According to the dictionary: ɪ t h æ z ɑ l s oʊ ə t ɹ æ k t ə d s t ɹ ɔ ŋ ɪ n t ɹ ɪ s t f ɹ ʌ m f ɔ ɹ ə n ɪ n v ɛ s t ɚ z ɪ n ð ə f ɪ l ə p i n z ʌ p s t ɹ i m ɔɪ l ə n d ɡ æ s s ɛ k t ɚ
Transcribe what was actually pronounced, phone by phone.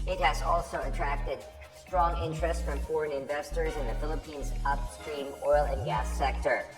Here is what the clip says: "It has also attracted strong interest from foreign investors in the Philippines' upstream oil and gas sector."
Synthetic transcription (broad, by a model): ɪ t h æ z ɑ l s oʊ ə t ɹ æ k t ə d s t ɹ ɔ ŋ ɪ n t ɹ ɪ s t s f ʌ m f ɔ ɹ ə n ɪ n v ɛ s t ɚ z ɪ n ð ə f ɪ l ə p i n z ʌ p s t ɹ i m ɔɪ l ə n ɡ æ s s ɛ k t ɚ